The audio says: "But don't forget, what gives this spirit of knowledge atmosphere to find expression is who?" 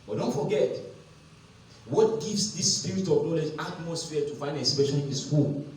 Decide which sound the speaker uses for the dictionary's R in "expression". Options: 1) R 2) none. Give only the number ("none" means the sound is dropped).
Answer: 2